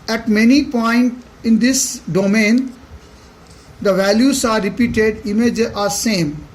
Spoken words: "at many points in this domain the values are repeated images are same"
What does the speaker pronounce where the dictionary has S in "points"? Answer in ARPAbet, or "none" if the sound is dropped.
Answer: none